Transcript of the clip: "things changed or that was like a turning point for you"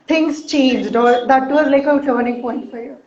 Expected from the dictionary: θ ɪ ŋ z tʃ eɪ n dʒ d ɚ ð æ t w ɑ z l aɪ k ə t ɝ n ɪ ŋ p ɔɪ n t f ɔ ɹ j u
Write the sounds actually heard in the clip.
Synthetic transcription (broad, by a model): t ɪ ŋ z tʃ eɪ n dʒ d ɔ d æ t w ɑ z l aɪ k ə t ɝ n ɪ ŋ p ɔɪ n t f ɔ ɹ j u